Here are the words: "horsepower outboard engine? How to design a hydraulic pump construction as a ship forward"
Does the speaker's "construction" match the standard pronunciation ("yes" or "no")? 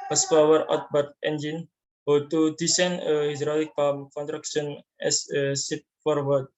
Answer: no